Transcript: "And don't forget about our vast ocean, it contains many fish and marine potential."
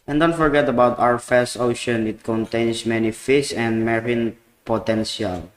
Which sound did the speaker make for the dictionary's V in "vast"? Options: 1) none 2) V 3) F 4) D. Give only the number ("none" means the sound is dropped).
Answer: 3